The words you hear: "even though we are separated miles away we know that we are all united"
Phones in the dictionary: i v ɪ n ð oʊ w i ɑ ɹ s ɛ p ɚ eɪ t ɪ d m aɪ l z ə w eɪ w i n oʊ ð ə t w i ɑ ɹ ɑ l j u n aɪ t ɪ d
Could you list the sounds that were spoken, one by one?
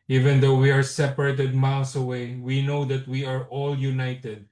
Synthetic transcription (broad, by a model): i v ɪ n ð oʊ w i ɑ ɹ s ɛ p ɚ eɪ t ɪ d m aɪ l s ə w eɪ w i n oʊ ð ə t w i ɑ ɹ ɑ l j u n aɪ t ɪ d